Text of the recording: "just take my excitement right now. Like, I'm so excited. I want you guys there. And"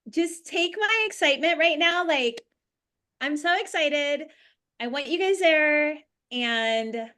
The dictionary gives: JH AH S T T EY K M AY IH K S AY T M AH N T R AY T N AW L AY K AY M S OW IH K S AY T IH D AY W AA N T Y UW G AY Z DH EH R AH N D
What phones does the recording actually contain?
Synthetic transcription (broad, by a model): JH AH S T T EY K M AY IH K S AY T M AH N T R AY T N AW L AY K AY M S OW IH K S AY T IH D AY W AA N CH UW G AY Z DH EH R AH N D